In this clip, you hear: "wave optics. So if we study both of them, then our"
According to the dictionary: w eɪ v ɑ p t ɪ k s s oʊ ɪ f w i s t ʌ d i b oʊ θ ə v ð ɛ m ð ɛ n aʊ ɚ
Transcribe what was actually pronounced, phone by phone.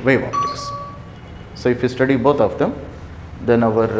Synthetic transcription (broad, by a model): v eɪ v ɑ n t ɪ s s oʊ ɪ f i s t ʌ d i b oʊ t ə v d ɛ m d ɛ n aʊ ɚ